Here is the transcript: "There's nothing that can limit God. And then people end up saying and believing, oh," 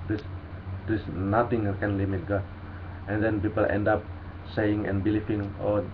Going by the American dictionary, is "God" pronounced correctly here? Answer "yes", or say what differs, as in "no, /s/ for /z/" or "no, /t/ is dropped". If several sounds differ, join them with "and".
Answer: no, /d/ is dropped